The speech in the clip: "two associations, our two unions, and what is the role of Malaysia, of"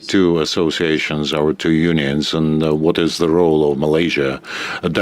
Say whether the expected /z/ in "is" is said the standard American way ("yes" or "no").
yes